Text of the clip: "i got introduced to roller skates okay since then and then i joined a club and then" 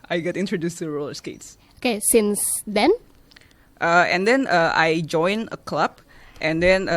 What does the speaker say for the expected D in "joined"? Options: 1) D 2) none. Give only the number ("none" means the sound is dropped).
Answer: 2